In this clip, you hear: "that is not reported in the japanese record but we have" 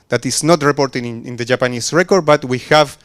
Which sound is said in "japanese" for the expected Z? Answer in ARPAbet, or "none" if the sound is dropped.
S